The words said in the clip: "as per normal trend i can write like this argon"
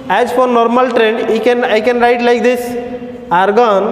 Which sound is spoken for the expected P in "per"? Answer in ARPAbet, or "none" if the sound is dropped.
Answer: F